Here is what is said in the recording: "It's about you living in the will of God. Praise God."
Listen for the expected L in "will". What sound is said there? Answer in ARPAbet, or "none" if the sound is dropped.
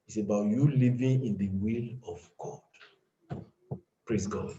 L